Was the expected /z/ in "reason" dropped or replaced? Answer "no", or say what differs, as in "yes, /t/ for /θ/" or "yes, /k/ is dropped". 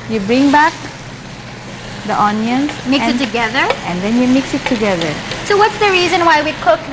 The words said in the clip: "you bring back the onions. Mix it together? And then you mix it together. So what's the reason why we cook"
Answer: no